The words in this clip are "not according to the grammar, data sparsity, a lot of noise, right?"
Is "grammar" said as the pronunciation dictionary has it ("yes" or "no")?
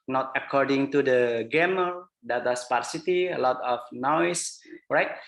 no